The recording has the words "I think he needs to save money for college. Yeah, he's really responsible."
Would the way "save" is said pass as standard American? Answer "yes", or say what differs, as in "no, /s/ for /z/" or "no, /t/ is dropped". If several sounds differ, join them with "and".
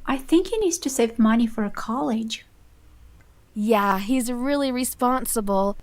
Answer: yes